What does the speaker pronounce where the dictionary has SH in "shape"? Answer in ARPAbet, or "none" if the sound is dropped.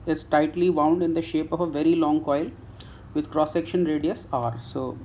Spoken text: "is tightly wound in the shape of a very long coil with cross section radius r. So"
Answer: SH